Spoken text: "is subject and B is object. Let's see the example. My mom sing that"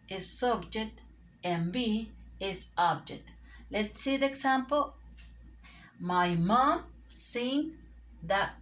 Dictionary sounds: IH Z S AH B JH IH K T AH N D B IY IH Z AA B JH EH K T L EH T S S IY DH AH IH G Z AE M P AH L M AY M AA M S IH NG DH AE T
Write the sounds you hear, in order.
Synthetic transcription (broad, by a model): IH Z S AH B JH IH K T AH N B IY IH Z AA B JH EH K T L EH T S S IY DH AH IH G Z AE M P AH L M AY M AA M S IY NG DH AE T